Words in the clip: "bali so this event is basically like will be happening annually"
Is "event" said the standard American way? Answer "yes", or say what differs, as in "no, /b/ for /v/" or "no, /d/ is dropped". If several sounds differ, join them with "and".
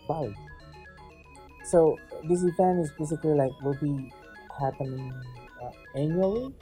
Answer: no, /f/ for /v/ and /t/ is dropped